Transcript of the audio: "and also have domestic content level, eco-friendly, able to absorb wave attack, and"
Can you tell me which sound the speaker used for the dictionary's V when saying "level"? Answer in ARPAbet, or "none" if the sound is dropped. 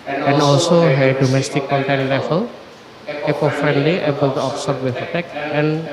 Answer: F